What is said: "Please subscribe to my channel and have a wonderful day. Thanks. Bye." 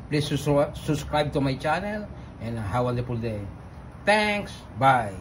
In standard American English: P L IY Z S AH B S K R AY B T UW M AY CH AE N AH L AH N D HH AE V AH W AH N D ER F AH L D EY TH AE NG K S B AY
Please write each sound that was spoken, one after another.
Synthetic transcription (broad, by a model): P L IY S S AH B S K R AY B T UW M AY CH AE N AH L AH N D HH AH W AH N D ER P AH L D EY T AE NG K S B AY